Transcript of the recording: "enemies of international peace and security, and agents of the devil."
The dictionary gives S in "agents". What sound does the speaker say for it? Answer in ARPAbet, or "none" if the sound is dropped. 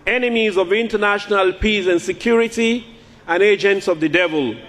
S